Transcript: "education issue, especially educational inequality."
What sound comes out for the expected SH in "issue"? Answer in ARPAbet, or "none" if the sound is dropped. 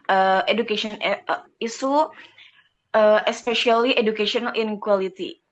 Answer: S